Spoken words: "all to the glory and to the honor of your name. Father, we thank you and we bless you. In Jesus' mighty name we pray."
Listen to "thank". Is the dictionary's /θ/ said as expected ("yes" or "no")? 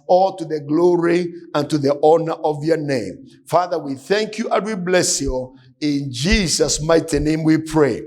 yes